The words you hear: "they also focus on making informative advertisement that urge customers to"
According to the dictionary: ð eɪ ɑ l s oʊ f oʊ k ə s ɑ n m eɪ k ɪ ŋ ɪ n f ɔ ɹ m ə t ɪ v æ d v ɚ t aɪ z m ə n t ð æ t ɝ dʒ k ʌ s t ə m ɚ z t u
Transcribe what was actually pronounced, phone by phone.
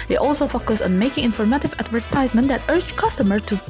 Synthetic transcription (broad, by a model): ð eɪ ɑ l s oʊ f oʊ k ə s ɑ n m eɪ k ɪ ŋ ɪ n f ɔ ɹ m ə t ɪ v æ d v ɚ t aɪ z m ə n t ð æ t ɝ dʒ k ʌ s t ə m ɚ t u